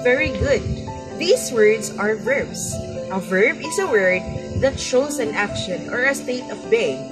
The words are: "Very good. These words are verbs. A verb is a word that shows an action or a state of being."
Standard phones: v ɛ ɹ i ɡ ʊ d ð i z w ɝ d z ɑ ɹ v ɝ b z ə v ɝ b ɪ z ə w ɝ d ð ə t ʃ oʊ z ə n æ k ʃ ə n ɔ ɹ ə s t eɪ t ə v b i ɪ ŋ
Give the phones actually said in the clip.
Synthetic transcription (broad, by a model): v ɛ ɹ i ɡ ʊ d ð i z w ɝ d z ɑ ɹ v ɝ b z ə v ɝ b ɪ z ə w ɝ d ð ə t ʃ oʊ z ə n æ k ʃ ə n ɔ ɹ ə s t eɪ t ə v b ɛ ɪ